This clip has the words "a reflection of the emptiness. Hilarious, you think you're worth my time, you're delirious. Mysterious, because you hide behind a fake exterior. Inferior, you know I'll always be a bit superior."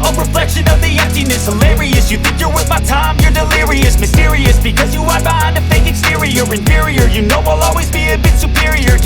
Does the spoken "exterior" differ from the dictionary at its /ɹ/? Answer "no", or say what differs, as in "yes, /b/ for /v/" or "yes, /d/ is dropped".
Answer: no